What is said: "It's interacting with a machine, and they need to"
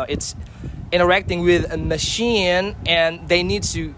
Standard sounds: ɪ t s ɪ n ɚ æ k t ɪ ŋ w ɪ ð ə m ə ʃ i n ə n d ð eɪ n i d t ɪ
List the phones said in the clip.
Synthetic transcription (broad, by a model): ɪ t s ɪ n ɚ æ k t ɪ ŋ w ɪ ð ə m ə ʃ i n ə n ð eɪ n i d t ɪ